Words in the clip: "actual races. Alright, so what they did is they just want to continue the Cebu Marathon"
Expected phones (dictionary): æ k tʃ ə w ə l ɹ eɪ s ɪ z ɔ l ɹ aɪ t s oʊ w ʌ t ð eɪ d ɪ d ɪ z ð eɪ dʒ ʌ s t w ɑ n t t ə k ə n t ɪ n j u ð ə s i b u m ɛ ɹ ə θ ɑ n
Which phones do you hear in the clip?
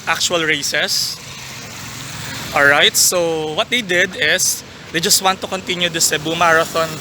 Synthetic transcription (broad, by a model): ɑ k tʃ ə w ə l ɹ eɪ s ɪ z ɔ l ɹ aɪ t s oʊ w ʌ t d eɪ d ɪ d ɪ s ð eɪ dʒ ʌ s t w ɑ n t t ə k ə n t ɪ n j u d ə s i b u m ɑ ɹ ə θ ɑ n